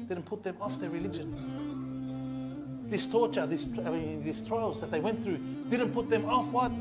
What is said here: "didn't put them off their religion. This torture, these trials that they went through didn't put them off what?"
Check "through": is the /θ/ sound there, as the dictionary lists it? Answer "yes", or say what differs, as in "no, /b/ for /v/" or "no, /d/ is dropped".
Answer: yes